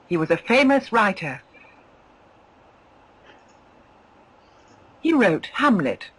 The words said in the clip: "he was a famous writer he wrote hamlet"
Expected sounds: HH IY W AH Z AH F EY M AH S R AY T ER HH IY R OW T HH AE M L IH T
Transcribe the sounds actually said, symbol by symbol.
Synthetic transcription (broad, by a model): HH IY W AH Z AH F EY M AH S R AY T ER HH IY R OW T HH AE M L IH T